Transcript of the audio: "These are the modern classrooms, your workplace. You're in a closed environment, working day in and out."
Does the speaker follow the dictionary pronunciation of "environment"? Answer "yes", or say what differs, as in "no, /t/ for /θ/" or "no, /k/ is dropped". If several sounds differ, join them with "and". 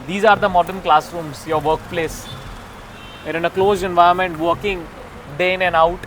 no, /ɹ/ is dropped